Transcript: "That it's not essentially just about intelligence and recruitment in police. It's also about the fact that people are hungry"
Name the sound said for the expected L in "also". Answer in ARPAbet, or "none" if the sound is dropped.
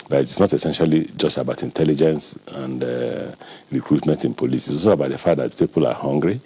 none